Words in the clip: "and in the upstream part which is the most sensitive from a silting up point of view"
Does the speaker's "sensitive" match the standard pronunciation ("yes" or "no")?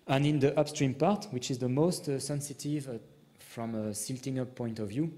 yes